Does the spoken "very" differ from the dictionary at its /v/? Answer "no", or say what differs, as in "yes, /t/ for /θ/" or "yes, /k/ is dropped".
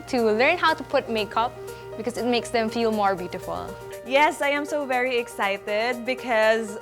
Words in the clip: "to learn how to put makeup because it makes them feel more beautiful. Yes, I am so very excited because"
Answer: no